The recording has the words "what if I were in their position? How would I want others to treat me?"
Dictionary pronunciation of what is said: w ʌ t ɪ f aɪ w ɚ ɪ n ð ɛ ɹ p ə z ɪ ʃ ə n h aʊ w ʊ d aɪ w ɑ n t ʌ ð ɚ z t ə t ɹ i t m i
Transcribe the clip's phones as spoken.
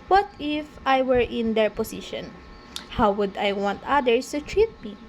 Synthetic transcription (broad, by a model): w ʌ t ɪ f aɪ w ɚ ɪ n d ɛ ɹ p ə s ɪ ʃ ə n h aʊ w ʊ d aɪ w ɑ n t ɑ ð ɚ s t ə t ɹ i t m i